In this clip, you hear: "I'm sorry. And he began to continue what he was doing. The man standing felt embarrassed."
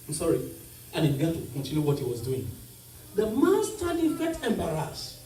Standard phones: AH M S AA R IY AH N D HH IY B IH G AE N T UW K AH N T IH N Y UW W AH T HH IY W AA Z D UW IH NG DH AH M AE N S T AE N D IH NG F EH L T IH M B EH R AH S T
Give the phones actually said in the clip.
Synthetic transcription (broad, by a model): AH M S AA R IY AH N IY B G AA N T UW K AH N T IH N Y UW W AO T HH IY W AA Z D UW IH NG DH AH M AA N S T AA D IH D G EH T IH M B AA R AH S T